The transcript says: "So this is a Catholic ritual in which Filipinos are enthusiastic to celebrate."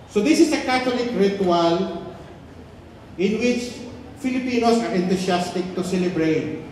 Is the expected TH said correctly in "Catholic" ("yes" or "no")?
no